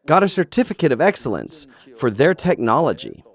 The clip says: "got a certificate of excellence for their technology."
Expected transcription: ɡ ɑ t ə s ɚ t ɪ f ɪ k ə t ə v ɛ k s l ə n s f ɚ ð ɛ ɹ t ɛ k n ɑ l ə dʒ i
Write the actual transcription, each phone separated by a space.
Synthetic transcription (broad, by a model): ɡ ɑ t ə s ɚ t ɪ f ɪ k ə t ə v ɛ k s l ə n s f ɚ ð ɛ ɹ t ɛ k n ɑ l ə dʒ i